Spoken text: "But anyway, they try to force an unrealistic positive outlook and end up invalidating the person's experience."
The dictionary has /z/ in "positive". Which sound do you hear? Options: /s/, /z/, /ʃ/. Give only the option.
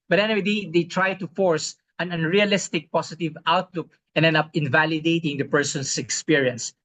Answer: /s/